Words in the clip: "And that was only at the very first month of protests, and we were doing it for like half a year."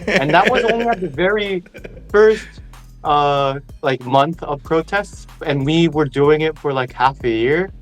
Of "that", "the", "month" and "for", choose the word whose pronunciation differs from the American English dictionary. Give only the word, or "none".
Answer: none